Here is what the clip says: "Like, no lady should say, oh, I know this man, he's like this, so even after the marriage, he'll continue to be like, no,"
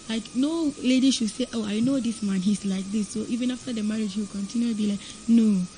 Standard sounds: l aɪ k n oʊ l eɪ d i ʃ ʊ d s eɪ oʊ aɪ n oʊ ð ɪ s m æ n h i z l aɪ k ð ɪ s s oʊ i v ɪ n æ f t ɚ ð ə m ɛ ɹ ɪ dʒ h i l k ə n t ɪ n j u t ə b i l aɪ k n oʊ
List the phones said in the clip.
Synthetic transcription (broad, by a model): l aɪ k n oʊ l eɪ d i ʃ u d s eɪ oʊ aɪ n oʊ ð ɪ s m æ n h i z l aɪ k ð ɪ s s oʊ i v ɪ n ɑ f t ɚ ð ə m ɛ ɹ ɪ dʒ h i w k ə n t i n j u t b i l aɪ k n oʊ